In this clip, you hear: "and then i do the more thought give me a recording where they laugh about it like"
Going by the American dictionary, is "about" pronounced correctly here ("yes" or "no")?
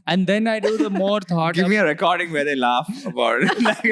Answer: no